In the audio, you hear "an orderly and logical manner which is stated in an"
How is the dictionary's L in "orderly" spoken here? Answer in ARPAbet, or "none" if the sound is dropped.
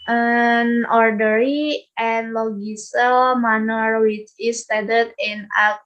none